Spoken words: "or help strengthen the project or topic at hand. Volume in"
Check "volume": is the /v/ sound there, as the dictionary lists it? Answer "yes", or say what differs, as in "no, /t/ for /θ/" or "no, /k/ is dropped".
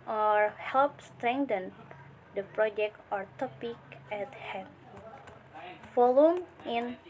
no, /f/ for /v/